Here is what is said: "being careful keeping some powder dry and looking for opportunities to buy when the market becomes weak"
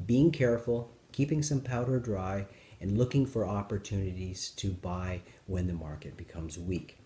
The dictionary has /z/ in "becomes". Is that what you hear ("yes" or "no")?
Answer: yes